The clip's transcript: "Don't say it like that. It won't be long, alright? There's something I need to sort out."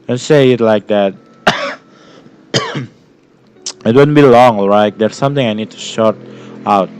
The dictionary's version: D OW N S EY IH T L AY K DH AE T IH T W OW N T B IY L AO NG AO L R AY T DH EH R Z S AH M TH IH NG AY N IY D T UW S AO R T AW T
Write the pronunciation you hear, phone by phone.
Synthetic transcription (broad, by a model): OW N S EY IH T L AY K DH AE T IH T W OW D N B IY L AO NG AO L R AY T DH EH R S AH M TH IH NG AY N IY D T UW SH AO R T AW T